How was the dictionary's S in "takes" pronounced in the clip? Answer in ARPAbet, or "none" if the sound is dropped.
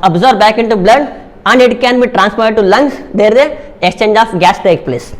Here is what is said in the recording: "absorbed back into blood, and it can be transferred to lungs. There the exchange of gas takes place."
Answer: none